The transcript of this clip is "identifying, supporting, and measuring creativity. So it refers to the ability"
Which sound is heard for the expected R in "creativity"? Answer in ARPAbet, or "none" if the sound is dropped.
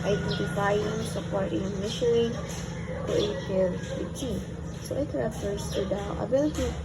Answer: none